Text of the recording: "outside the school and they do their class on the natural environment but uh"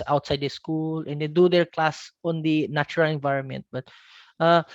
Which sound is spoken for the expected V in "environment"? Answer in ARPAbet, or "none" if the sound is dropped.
V